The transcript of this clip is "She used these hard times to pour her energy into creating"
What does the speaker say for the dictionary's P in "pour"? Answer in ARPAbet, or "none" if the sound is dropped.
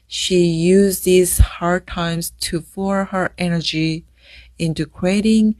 F